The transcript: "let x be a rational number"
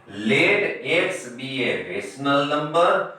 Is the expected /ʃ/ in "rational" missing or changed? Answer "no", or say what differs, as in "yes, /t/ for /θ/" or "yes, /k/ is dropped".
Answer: yes, /s/ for /ʃ/